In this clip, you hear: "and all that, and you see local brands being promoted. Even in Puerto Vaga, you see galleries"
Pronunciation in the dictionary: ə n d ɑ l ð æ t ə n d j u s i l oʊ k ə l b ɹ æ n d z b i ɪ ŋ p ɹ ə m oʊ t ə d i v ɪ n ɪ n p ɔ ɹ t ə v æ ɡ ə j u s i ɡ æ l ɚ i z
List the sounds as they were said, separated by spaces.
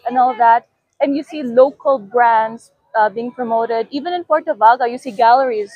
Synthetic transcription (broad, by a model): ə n ɑ l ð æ t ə n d j u s i l oʊ k ə l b ɹ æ n d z b i ɪ ŋ p ɹ ə m oʊ t ə d i v ɪ n ɪ n p ɔ ɹ t ə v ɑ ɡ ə j u s i ɡ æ l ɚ i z